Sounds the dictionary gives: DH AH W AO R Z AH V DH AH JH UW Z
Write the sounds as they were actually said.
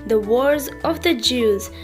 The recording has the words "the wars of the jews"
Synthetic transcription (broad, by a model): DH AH W AO R Z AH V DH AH JH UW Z